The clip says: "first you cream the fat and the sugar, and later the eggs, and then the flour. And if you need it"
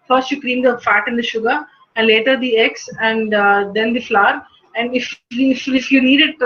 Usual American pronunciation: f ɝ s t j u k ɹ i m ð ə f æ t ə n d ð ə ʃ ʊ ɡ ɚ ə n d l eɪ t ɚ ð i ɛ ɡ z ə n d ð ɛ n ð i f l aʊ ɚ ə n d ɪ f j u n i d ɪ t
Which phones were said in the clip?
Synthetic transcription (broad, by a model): f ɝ s t j u k ɹ i m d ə f æ t ə n d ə ʃ ʊ ɡ ɚ ə n d l eɪ t ɚ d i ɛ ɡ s ə n d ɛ n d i f l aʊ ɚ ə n d ɪ f j u n i d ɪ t